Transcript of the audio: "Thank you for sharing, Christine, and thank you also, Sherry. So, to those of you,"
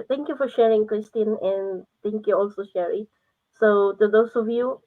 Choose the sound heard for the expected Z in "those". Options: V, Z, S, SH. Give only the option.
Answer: S